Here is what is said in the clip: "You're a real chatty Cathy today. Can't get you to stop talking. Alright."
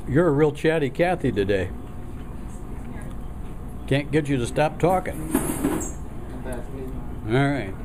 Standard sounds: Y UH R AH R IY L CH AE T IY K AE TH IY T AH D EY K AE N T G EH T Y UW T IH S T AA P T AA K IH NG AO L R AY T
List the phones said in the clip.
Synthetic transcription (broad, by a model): Y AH R AH R IY L CH AE T IY K AE TH IY T AH D EY K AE N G EH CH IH T IH S T AA P T AA K IH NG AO R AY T